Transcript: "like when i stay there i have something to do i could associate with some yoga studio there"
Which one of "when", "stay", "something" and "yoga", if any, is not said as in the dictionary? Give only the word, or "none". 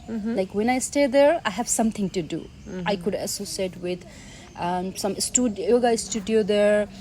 something